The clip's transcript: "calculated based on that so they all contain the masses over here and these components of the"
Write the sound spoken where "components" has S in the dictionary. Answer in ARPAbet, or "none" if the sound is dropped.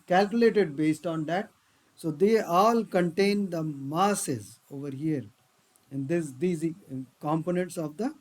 S